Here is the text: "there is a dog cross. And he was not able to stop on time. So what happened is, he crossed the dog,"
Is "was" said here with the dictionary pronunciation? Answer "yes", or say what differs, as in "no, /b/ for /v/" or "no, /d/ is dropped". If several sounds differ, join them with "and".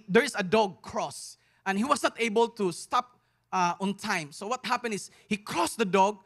no, /s/ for /z/